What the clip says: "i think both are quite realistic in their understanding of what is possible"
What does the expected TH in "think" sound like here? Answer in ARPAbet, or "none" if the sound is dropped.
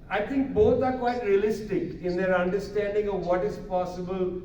T